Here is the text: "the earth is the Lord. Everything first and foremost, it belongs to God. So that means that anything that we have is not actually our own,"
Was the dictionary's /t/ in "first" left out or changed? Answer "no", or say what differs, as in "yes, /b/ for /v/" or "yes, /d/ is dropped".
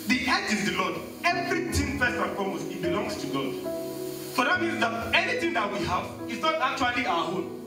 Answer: yes, /t/ is dropped